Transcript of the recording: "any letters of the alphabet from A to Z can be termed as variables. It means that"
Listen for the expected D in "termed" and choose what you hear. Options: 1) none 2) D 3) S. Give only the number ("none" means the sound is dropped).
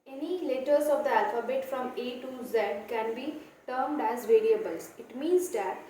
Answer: 2